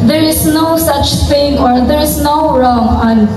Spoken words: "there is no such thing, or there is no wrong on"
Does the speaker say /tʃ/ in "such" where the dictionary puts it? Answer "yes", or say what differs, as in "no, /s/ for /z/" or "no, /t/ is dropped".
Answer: yes